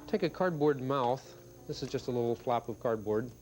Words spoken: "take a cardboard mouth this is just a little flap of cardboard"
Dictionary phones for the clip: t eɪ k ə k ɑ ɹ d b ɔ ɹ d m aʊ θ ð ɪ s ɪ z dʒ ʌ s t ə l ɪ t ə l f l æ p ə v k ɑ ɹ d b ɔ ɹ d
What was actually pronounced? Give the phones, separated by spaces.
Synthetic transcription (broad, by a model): t eɪ k ə k ɑ ɹ d b ɔ ɹ d m aʊ θ ð ɪ s ɪ z dʒ ʌ s t ə l ɪ t l f l æ p ə v k ɑ ɹ d b ɔ ɹ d